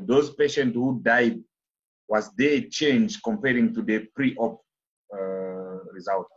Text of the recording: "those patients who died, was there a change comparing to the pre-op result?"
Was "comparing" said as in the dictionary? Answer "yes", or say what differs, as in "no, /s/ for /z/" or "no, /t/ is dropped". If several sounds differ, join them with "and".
yes